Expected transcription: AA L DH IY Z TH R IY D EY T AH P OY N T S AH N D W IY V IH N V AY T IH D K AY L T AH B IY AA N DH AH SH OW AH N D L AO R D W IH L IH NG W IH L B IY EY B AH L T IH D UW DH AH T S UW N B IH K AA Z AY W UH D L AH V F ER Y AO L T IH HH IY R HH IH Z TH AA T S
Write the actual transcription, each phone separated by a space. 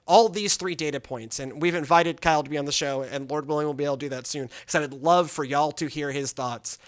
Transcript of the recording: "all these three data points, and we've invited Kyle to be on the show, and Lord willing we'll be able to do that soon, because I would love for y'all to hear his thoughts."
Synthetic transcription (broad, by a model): AA L DH IY Z TH R IY D EY T AH P OY N T S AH N W IY V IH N V AY T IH D K AY L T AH B IY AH N DH AH SH OW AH N L AO R D W IH L IH NG W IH L B IY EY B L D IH DH AH T S UW N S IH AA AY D L AH V F ER Y AO L T IH HH IY R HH IH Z TH AA T S